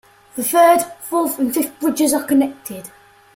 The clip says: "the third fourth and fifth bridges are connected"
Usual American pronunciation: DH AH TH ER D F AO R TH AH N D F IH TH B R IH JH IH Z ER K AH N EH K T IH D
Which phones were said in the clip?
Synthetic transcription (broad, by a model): DH AH TH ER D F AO L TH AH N F IH F B R IH JH IH Z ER K AH N EH K T IH D